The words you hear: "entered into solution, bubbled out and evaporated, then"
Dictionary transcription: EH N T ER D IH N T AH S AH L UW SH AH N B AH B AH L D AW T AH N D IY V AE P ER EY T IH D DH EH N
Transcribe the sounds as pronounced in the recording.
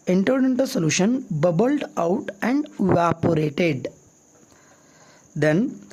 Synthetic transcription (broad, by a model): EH N T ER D IH N T AH S AH L UW SH AH N B AH B AH L D AW T AH N D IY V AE P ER EY T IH D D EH N